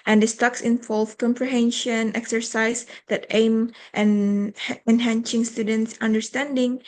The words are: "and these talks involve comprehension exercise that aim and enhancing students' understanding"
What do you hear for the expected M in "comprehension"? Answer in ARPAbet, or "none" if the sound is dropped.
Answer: M